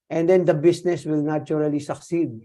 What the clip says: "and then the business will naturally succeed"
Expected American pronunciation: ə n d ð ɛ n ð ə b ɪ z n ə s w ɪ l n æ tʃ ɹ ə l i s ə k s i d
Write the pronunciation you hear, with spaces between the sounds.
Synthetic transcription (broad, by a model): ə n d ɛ n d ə b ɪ s n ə s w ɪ l n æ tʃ ɹ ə l i s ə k s i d